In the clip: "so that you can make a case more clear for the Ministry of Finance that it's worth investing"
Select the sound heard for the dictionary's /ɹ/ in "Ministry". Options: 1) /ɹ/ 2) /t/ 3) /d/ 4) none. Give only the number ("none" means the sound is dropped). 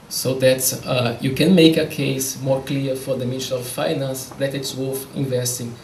4